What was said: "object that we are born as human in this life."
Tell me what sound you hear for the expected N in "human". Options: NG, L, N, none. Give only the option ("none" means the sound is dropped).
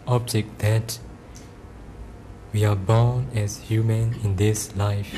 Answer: N